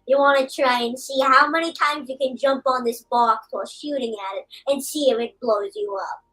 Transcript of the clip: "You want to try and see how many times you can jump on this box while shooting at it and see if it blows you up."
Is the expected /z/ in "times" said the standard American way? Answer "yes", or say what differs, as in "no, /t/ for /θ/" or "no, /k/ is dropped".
yes